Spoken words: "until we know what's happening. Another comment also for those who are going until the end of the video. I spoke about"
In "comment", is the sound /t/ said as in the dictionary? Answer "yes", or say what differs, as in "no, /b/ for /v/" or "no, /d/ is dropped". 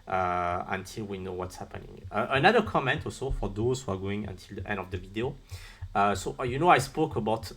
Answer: yes